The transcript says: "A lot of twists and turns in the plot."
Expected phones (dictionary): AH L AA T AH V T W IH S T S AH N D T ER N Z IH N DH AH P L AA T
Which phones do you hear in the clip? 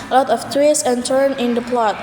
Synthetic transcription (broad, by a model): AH L AA T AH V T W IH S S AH N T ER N IH N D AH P L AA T